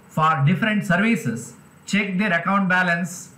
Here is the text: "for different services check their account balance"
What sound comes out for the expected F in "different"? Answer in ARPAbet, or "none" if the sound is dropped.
F